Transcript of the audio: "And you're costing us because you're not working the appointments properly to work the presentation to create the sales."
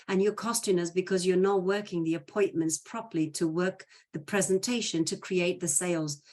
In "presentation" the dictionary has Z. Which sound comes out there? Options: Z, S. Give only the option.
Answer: Z